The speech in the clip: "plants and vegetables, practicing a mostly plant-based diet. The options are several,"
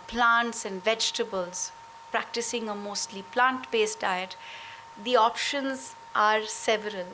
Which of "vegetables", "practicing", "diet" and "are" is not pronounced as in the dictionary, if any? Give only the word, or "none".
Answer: none